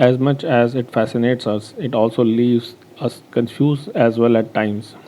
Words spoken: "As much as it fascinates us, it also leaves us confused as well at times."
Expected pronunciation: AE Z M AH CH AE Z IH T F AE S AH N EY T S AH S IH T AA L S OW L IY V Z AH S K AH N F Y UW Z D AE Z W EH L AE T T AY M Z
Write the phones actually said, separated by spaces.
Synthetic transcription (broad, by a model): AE Z M AH CH AE Z IH T F AE S AH N EY T S AH S IH T AA L S OW L IY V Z AH S K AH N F Y UW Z AE Z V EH L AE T T AY M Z